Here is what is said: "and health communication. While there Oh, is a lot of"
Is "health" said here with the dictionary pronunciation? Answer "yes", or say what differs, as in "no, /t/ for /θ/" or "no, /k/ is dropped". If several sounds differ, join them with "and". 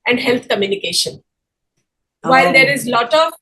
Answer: no, /t/ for /θ/